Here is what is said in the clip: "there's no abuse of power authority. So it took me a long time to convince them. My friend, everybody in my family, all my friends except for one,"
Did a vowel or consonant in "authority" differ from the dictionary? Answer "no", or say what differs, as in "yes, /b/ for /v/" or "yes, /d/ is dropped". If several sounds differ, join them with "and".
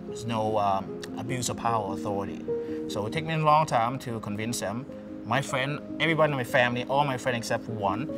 no